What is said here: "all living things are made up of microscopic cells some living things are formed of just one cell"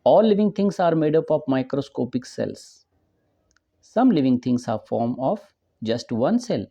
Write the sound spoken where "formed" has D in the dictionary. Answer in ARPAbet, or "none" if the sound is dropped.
none